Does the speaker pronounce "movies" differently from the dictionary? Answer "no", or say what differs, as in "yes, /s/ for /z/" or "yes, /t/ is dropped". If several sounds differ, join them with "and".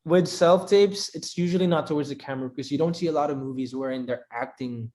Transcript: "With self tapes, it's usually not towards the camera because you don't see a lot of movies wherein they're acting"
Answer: no